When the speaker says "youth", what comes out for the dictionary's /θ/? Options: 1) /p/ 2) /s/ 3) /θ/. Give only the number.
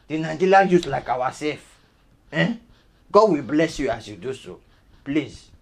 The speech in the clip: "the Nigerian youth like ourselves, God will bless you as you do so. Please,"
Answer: 2